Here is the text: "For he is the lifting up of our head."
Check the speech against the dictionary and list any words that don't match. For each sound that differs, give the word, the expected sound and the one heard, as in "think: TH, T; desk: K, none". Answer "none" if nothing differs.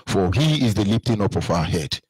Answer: lifting: F, P